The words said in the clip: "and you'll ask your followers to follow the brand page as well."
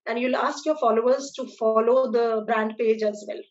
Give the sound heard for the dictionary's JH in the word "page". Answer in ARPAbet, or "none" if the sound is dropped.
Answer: JH